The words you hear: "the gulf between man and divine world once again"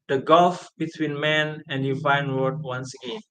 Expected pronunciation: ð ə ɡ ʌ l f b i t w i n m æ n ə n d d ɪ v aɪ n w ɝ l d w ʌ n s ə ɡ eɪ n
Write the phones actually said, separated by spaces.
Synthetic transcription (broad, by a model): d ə ɡ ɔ l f b i t w i n m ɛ n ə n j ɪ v aɪ n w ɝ d w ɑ n s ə ɡ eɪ n